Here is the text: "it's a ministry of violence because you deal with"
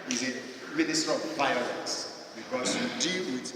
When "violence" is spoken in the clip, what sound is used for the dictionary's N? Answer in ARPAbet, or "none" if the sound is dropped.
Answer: none